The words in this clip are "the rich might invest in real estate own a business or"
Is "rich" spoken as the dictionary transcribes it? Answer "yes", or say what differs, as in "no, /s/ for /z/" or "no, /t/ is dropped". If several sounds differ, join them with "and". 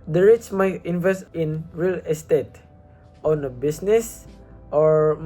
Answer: no, /s/ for /tʃ/